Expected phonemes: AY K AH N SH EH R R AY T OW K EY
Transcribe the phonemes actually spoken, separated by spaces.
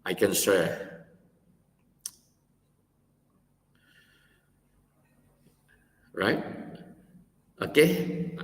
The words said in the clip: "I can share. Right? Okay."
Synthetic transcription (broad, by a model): AY K AH N S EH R R AY T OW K EY